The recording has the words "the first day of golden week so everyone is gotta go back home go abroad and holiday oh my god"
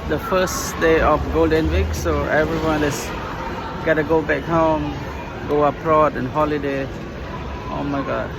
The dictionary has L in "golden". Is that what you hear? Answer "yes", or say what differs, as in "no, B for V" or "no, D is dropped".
yes